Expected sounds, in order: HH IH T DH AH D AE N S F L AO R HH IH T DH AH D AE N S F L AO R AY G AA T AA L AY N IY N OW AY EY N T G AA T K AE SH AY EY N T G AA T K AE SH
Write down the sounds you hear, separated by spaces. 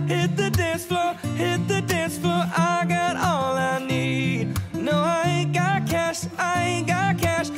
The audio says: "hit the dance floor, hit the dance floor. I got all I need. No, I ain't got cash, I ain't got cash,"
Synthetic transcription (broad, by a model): HH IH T DH AH D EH S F L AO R HH IH T DH AH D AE S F L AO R AY G AA T AA L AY N IY N OW AY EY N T G AA T K AE SH AY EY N G AA T K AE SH